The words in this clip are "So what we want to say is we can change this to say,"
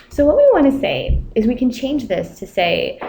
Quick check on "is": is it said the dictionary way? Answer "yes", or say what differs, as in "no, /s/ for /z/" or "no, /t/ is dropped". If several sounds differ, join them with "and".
yes